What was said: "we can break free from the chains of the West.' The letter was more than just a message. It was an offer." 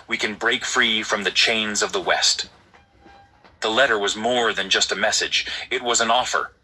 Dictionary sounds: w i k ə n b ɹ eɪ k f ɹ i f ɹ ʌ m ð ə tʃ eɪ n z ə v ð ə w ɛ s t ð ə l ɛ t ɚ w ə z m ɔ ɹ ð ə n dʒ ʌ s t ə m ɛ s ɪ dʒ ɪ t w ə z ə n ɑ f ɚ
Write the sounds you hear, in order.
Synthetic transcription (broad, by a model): w i k ə n b ɹ eɪ k f ɹ i f ɹ ʌ m ð ə tʃ eɪ n z ə v ð ə w ɛ s t ð ə l ɛ t ɚ w ə z m ɔ ɹ ð ə n dʒ ʌ s t ə m ɛ s ɪ dʒ ɪ t w ə z ə n ɑ f ɚ